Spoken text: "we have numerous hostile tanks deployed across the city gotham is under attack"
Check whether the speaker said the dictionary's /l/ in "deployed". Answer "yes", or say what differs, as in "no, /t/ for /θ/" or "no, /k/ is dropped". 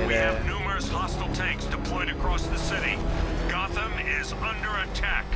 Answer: no, /l/ is dropped